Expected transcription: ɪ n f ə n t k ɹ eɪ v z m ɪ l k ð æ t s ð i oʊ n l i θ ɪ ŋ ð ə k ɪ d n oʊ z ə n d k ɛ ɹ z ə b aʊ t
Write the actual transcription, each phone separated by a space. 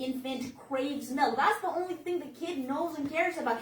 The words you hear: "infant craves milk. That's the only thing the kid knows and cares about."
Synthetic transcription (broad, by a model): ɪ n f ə n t k ɹ eɪ v z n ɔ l ð æ t s ð i oʊ n l i θ ɪ ŋ ð ə k ɪ d n oʊ z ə n k ɛ ɹ z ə b aʊ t